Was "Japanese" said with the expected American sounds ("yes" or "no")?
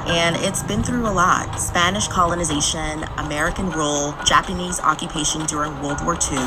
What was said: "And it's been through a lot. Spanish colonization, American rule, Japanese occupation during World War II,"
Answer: yes